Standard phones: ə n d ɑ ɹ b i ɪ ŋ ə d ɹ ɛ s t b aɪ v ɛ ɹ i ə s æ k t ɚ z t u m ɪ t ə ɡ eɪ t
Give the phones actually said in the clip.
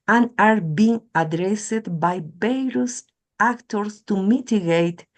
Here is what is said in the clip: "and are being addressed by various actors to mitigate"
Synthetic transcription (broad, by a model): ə n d ɑ ɹ b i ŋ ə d ɹ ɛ s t b aɪ b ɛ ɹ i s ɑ k t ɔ s t u m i t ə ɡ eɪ t